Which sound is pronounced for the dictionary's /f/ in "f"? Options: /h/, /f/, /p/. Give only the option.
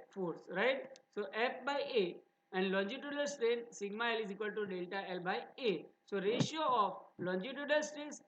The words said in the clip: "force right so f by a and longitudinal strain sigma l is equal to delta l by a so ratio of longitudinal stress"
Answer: /p/